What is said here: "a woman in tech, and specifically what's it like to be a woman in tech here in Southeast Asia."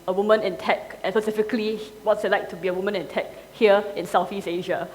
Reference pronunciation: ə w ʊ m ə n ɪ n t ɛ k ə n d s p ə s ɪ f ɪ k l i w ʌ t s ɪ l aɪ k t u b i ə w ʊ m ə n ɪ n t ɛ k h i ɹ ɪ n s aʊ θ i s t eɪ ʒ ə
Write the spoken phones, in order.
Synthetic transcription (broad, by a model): ə w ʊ m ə n ɪ n t ɛ k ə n s p ə s ɪ f ɪ k l i w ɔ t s ɪ l aɪ k t u b i ə w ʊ m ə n ɪ n t ɛ k h i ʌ ɪ n s aʊ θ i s eɪ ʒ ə